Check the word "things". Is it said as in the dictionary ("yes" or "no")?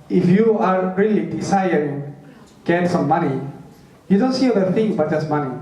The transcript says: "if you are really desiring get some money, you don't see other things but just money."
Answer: no